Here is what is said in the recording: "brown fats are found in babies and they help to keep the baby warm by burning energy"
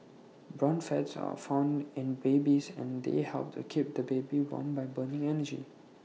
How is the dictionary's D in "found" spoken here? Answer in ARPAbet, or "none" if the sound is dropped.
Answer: D